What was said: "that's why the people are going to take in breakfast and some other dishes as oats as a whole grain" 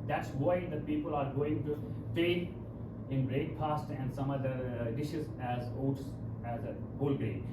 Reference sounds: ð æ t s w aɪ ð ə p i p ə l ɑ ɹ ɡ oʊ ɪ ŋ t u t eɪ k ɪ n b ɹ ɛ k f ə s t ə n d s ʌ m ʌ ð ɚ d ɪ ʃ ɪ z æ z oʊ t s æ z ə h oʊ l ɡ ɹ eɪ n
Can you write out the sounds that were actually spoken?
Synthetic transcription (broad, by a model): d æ t s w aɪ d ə p i p ə l ɑ ɹ ɡ oʊ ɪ ŋ t u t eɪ ɪ n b ɹ ɛ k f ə s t ə n d s ʌ m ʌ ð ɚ d ɪ ʃ ɪ z æ z oʊ t s æ z ə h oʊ l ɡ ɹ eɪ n